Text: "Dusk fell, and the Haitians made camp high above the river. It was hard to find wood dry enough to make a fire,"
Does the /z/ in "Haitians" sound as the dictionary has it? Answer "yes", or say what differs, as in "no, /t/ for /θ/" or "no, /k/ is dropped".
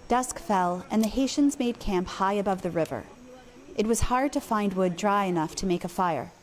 yes